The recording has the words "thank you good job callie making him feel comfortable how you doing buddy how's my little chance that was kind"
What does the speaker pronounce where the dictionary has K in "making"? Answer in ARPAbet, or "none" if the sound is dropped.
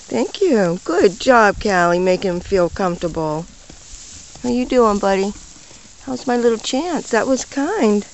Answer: none